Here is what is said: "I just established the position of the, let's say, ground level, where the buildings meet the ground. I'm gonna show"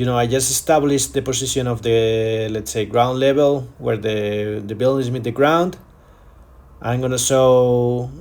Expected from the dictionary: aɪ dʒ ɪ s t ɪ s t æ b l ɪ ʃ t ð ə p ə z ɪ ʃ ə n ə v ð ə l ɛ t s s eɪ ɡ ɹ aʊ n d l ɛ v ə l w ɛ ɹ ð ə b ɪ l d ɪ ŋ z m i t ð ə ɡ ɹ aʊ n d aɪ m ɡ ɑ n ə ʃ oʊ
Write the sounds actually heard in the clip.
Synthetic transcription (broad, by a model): aɪ dʒ ɪ s t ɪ s t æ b l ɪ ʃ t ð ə p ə s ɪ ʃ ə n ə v ð ə l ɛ t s s eɪ ɡ ɹ aʊ n d l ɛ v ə l w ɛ ɹ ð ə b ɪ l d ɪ z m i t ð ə ɡ ɹ aʊ n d aɪ m ɡ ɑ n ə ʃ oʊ